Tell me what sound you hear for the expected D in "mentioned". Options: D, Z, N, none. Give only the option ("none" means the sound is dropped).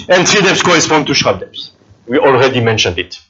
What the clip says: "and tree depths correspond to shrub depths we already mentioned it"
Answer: D